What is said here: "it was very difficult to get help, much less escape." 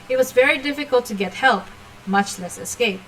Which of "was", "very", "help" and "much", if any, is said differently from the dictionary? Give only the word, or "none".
none